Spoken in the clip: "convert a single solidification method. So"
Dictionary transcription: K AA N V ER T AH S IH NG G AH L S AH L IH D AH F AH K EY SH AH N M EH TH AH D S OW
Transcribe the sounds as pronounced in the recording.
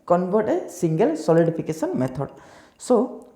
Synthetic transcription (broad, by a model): K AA N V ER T AH S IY NG G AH L S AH L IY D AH P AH K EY S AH N M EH T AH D S OW